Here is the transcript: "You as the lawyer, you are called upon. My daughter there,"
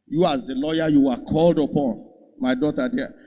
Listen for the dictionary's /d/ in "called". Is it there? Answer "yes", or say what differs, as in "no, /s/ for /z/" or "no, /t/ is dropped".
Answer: yes